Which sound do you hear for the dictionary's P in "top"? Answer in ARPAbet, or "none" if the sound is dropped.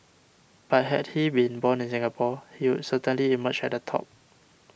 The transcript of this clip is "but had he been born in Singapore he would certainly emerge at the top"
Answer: P